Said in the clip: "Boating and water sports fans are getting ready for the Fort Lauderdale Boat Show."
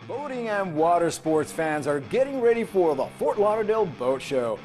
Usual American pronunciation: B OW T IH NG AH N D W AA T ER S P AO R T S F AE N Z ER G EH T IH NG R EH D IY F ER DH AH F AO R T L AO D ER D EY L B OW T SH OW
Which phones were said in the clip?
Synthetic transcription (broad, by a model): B OW T IH NG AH N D W AA T ER S P AO R T S F AE N Z ER G EH T IH NG R EH D IY F ER DH AH F AO R T L AO D ER D EY L B OW T SH OW